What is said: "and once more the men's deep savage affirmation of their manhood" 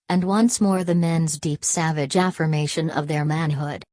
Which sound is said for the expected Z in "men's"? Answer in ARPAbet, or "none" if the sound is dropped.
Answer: Z